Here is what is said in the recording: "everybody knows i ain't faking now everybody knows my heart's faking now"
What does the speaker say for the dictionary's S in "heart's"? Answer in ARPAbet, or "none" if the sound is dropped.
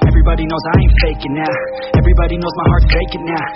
none